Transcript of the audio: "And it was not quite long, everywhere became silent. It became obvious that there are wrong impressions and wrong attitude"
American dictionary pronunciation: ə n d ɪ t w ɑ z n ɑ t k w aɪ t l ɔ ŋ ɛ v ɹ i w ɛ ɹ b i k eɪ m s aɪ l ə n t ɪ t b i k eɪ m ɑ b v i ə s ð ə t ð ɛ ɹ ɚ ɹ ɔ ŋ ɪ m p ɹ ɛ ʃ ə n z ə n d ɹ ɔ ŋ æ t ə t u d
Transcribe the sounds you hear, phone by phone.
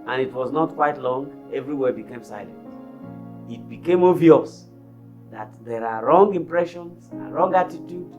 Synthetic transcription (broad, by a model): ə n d ɪ t w ɑ z n ɑ t k w aɪ t l ɔ ŋ ɛ v ɹ i w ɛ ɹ b i k eɪ m s aɪ l ə n t ɪ t b i k eɪ m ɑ v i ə s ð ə t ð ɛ ɹ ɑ ɹ ɔ ŋ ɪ m p ɹ ɛ ʃ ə n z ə ɹ ɔ ŋ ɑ t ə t u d